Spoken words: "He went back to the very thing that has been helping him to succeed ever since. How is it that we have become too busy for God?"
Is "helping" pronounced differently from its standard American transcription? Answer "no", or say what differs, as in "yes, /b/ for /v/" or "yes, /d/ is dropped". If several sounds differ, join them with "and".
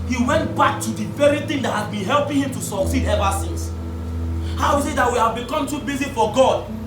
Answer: no